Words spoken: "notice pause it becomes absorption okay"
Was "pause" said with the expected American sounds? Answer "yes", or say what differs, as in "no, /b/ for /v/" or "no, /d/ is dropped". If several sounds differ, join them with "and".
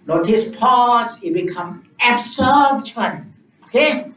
no, /s/ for /z/